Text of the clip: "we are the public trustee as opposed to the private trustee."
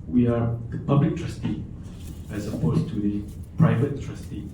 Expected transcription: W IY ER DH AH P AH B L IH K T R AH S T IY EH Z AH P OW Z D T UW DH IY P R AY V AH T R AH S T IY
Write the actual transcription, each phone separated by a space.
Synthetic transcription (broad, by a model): W IY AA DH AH P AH B L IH K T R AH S T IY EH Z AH P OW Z T UW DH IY P R AY V AH T R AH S T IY